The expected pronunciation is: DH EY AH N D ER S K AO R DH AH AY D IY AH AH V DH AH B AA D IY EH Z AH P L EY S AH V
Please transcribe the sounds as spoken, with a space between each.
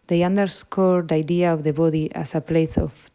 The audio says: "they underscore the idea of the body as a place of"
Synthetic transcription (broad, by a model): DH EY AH N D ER S K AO R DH AY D IY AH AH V DH AH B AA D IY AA S AH P L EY TH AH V